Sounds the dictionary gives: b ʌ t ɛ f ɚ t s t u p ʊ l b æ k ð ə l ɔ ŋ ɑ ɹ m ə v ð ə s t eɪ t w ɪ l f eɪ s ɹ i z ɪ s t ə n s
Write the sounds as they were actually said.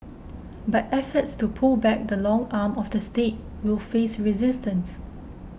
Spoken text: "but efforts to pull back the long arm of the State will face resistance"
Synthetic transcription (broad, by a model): b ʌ t ɛ f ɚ t s t u p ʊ l b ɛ k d ə l ɔ ŋ ɑ m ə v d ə s t eɪ t w ɪ l f eɪ s ɹ i z ɪ s t ə n s